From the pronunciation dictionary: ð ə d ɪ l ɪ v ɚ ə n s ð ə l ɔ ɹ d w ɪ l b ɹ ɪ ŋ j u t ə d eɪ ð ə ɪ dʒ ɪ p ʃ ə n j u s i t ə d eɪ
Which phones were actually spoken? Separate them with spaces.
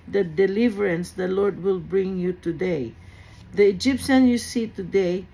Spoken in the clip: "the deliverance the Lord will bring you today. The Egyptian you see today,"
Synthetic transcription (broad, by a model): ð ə d ɪ l ɪ v ɚ ə n s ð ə l ɔ ɹ d w ɪ l b ɹ ɪ ŋ j u t ə d eɪ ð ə ɪ dʒ ɪ p ʃ ə n j u s i t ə d eɪ